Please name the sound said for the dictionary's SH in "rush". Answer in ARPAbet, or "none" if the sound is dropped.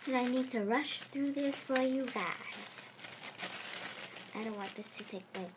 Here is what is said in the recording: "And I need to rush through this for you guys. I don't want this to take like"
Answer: SH